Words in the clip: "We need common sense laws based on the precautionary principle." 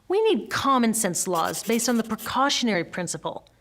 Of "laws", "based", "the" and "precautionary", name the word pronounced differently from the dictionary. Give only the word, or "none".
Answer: none